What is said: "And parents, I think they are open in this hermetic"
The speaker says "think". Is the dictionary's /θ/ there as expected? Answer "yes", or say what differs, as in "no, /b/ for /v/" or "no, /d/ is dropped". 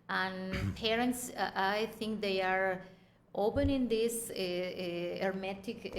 no, /t/ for /θ/